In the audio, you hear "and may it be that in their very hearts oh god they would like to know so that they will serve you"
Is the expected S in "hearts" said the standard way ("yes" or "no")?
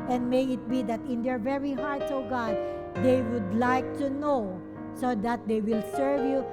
no